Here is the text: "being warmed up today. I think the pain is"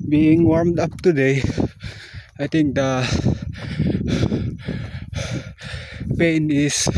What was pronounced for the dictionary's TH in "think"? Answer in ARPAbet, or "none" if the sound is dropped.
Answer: T